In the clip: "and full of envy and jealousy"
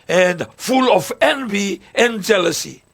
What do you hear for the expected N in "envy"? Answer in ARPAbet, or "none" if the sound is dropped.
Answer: N